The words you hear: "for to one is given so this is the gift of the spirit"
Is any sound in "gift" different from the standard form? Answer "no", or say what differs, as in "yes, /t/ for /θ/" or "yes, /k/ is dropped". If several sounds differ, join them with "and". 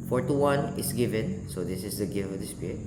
yes, /t/ is dropped